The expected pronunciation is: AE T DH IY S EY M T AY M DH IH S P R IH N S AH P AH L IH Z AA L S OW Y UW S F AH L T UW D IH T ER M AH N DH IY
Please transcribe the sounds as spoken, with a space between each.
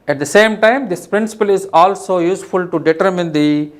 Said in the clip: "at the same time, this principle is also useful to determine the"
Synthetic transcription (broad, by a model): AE T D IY S EY M T AY M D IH S P R IH N S AH P AH L IH Z AA L S OW Y UW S F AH L T UW D IH T ER M AH N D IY